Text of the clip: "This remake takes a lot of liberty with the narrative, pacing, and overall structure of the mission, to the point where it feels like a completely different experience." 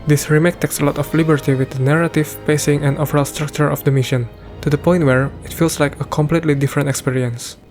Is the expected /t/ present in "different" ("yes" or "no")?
yes